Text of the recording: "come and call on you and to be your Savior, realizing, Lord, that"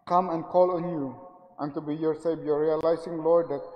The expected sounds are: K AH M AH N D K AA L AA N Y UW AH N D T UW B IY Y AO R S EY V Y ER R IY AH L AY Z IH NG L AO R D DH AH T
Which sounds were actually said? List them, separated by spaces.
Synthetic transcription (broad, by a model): K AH M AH N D K AA L AA N Y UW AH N T UW B IY Y AO R S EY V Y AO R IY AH L AY S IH NG L AO R D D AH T